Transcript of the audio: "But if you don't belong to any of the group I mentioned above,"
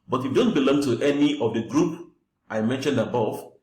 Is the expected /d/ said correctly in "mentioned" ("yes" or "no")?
yes